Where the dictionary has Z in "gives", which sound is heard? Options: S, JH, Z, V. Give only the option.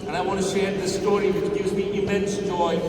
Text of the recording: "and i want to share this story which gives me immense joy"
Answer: Z